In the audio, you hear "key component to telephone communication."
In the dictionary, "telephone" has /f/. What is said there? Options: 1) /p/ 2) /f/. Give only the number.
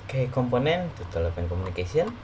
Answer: 1